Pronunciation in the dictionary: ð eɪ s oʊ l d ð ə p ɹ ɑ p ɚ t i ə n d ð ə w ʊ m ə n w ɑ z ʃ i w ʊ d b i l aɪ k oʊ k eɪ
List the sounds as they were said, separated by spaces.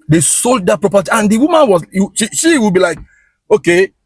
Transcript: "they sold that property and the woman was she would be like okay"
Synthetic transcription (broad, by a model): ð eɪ s oʊ l d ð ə p ɹ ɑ p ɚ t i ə n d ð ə w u m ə n w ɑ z ʃ i w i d b i l aɪ k oʊ k eɪ